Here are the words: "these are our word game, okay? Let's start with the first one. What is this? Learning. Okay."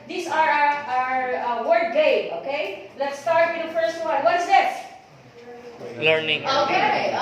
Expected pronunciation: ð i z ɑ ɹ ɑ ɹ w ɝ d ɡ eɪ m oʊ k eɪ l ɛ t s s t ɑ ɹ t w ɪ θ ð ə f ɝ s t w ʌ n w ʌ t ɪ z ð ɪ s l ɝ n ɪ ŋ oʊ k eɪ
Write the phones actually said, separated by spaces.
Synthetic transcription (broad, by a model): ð i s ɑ ɹ ɑ ɹ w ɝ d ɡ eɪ oʊ k eɪ l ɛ t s s t ɑ ɹ t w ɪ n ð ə f ɝ s t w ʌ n w ʌ t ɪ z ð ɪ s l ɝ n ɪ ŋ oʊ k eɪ